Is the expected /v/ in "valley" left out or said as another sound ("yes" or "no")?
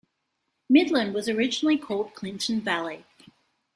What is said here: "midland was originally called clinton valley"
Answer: no